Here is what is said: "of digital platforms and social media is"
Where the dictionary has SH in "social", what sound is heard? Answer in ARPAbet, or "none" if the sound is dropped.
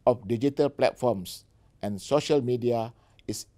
SH